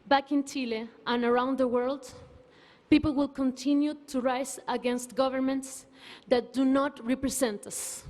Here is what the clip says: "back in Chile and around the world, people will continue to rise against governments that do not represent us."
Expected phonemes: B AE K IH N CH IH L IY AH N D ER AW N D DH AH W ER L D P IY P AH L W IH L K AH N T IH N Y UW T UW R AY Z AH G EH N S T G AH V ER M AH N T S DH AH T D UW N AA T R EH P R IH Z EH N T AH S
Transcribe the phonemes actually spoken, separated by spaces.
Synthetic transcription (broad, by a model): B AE K IH N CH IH L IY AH N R AW N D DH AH W ER L D P IY P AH L W IH L K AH N T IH N Y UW T UW R AY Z AH G EH N S T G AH V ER M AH N T S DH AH T D UW N AA T R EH P R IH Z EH N T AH S